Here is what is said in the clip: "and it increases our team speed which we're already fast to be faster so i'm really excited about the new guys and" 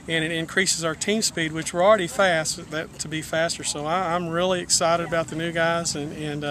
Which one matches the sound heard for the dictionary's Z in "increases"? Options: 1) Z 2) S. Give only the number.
1